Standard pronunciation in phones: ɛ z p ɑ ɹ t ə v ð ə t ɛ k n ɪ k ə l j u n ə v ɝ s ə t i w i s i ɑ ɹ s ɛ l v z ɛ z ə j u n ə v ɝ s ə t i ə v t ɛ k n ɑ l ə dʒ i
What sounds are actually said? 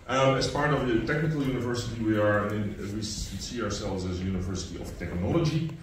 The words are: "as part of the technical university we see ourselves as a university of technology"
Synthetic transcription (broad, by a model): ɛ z p ɑ ɹ t ə v ð ə t ɛ k n ɪ k ə l j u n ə v ɝ s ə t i w i s i ɑ ɹ s ɛ l v z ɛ z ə j u n ə v ɝ s ə t i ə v t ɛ k n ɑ l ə dʒ i